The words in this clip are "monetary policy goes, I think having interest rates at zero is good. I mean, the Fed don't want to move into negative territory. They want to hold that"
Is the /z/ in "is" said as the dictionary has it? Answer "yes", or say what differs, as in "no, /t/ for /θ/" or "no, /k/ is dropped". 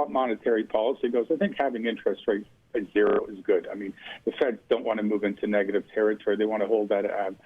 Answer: yes